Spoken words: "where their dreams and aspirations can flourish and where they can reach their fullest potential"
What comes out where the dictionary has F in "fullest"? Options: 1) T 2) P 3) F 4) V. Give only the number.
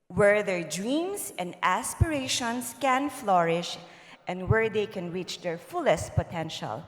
3